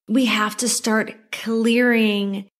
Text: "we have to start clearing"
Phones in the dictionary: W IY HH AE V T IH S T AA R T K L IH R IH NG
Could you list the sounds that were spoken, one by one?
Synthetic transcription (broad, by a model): W IY HH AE F T IH S T AA R T K L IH R IH NG